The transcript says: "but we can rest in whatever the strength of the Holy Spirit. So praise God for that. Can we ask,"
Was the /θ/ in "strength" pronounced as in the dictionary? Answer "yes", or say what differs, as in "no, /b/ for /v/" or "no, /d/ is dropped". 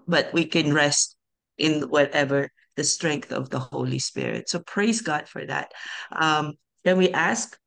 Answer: yes